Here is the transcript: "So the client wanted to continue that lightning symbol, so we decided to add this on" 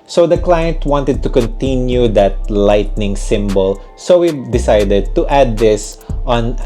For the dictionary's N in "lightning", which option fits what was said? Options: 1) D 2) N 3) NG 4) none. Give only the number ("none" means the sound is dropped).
2